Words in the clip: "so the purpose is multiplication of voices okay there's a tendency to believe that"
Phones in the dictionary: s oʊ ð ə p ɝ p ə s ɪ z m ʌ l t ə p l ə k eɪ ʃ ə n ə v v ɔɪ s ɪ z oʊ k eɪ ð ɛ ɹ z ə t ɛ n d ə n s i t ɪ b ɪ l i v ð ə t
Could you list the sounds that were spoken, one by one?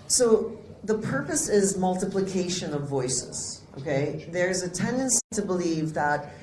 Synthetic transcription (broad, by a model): s oʊ ð ə p ɝ p ə s ɪ z m ʌ l t ə p l ə k eɪ ʃ ə n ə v v ɔɪ s ɪ z oʊ k eɪ ð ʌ ɹ z ə t ɛ n d ə n s i t ɪ b ɪ l i v ð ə t